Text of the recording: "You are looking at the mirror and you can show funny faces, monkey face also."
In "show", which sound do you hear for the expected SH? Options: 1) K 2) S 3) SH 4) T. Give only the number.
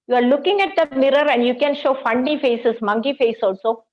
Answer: 3